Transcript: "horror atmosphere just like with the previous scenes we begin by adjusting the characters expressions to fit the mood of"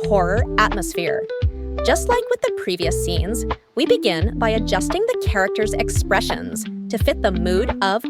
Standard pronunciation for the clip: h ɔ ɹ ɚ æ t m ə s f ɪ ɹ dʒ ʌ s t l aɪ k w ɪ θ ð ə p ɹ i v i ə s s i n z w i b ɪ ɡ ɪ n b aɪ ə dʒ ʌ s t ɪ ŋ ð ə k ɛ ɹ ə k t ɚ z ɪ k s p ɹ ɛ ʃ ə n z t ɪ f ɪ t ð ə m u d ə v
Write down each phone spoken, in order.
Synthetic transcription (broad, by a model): h ɔ ɹ ɚ æ t m ə s f ɪ ɹ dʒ ʌ s t l aɪ k w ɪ ð ə p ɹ i v i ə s s i n z w i b ɪ ɡ ɪ n b aɪ ə dʒ ʌ s t ɪ ŋ ð ə k ɛ ɹ ə k t ɚ z ɪ k s p ɹ ɛ ʃ ə n z t ɪ f ɪ t ð ə m u d ə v